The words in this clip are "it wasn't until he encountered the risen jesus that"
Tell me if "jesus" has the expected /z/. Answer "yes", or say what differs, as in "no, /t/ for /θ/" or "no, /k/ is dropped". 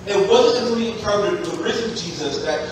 yes